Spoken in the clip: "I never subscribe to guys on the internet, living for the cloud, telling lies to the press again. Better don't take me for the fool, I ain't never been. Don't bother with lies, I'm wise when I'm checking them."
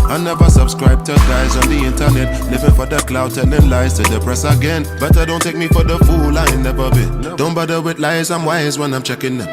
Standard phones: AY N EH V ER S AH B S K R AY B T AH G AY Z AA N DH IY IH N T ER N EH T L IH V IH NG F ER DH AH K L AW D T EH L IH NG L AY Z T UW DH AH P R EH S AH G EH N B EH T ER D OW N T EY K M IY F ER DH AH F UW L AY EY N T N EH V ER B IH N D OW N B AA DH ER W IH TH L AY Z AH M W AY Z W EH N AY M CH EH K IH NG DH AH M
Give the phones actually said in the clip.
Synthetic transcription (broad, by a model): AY N EH V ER S AH B S K R AY B T AH G AY Z AA N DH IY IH N T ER N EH T N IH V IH F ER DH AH K L AW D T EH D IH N L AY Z T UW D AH P R EH S AH G EH N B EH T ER D OW N T EY K M IY F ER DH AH F UW L AY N N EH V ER B IH N D OW N B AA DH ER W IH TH L AY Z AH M W AY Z W EH N AY M CH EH K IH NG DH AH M